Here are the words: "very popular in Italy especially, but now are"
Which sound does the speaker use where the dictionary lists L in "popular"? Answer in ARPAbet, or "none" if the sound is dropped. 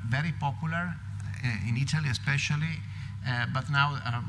L